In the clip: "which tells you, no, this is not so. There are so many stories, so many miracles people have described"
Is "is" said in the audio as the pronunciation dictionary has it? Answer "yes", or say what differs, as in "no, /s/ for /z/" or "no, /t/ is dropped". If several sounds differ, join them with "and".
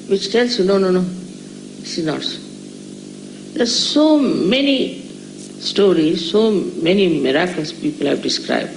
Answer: no, /s/ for /z/